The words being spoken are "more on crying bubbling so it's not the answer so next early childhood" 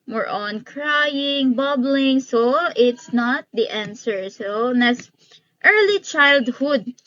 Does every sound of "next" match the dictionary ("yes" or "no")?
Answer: no